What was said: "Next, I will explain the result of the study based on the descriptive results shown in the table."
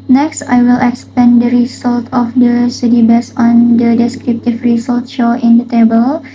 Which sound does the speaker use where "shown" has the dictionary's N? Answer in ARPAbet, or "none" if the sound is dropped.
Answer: none